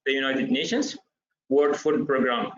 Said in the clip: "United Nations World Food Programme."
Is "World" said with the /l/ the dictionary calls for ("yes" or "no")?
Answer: no